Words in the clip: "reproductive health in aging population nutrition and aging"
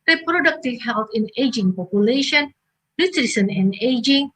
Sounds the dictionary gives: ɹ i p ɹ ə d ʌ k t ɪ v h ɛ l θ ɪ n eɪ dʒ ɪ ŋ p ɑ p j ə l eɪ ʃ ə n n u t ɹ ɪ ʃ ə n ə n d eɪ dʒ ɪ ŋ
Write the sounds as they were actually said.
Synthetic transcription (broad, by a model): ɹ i p ɹ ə d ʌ k t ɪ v h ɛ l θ ɪ n eɪ dʒ ɪ ŋ p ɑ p j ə l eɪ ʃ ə n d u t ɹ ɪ s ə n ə n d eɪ dʒ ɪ ŋ